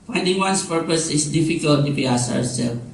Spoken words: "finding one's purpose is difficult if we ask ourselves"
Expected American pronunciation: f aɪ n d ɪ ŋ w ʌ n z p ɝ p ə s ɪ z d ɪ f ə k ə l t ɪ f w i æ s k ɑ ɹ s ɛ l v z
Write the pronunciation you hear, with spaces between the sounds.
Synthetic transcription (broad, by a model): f aɪ n d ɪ ŋ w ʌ n s p ɝ p ə s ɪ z d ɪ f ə k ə l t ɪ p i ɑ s ɑ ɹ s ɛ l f